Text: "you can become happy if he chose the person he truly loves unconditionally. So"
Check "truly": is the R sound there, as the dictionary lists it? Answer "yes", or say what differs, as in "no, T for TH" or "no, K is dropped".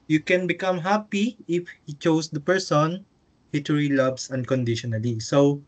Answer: no, R is dropped